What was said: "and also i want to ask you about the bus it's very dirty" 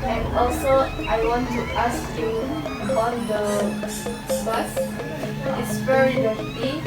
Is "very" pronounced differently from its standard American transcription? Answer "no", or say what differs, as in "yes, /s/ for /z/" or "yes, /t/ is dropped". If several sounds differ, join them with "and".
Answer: yes, /p/ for /v/